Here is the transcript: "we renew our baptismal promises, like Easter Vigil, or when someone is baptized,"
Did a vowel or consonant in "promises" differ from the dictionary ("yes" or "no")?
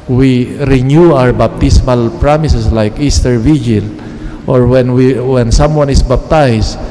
yes